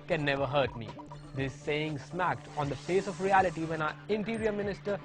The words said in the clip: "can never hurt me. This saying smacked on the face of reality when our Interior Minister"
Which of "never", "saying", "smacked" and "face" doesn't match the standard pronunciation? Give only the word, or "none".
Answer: none